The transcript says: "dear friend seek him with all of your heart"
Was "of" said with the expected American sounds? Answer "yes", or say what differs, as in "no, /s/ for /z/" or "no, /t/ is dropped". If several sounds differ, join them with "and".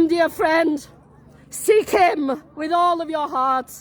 yes